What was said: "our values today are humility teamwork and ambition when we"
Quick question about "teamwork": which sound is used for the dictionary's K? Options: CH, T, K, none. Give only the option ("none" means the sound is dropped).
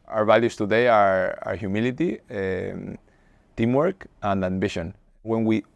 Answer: K